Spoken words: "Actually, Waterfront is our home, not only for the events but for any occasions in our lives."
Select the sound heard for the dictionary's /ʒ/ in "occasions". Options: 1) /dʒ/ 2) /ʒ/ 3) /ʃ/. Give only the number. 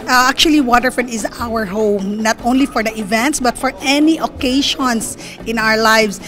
3